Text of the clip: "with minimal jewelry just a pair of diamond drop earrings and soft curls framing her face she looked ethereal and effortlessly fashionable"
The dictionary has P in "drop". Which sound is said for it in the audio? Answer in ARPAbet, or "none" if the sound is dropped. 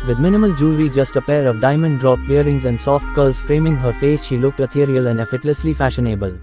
B